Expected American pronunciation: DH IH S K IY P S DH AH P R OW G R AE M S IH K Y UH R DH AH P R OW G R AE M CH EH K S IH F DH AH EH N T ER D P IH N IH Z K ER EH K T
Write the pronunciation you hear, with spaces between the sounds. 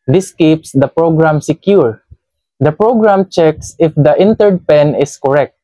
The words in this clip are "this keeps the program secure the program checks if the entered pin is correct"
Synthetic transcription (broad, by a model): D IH S K IY P S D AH P R OW G R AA M S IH K Y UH R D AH P R OW G R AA M CH EH K S IH F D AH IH N T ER D P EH N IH S K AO EH K T